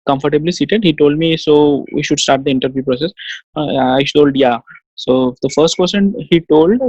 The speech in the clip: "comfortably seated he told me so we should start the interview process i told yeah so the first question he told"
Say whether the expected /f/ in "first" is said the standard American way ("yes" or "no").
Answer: yes